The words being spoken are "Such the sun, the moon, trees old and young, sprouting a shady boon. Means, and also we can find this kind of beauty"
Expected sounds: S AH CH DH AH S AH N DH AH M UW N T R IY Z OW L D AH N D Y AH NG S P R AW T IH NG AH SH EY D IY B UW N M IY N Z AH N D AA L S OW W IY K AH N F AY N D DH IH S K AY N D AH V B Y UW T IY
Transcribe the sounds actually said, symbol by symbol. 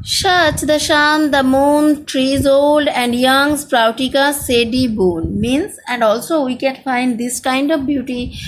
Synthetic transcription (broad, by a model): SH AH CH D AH SH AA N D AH M UW N T R IY Z OW L D AH N D Y AH NG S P R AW T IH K AH S EY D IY B UW N M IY N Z AH N D AA L S OW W IY K AH N F AY N D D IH S K AY N D AH V B Y UW T IY